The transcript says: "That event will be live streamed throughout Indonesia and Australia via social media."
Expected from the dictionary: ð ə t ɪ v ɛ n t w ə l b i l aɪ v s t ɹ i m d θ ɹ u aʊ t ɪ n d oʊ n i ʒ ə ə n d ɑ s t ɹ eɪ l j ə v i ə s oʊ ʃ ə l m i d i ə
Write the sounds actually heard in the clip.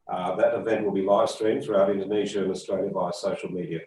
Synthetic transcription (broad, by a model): ð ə t ɪ v ɛ n t w ə l b i l aɪ v s t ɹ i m θ ɹ u aʊ t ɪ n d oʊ n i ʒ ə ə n ɑ s t ɹ eɪ l j ə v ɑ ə s oʊ ʃ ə l m i d i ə